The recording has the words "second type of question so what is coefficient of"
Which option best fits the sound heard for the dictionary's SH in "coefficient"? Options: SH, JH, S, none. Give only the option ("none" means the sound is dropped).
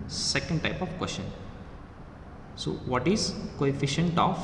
SH